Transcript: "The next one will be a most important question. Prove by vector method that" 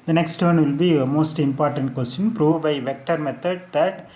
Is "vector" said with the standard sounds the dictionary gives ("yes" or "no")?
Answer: yes